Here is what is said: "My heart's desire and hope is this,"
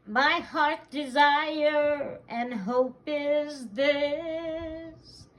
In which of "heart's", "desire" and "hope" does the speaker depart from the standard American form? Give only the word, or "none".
heart's